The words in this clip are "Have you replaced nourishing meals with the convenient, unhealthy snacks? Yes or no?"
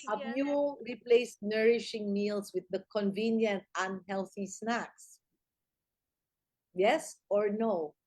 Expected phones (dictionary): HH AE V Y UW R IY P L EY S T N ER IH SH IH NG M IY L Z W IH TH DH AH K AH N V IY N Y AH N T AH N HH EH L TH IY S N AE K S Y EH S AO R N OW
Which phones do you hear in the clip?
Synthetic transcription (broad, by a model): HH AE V Y UW R IY P L EY S T N ER IH SH IH NG M IY L S W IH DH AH K AH N V IY N Y AH N T AH N HH EH L TH IY S N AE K S Y EH S AO R N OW